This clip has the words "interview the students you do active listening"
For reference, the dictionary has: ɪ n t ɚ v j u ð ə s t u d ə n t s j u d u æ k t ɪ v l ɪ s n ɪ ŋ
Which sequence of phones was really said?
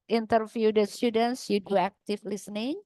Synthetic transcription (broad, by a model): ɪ n t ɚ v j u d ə s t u d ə n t s j u d u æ k t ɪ f l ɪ s n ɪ ŋ